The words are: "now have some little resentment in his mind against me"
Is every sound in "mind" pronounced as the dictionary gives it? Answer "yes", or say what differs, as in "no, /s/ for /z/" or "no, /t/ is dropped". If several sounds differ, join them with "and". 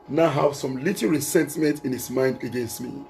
yes